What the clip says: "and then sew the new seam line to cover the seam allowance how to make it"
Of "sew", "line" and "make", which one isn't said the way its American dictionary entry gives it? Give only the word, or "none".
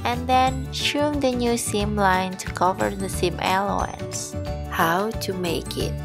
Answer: sew